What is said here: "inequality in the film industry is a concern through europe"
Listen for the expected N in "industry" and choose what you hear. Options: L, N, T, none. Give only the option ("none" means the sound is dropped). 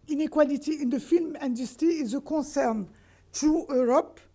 none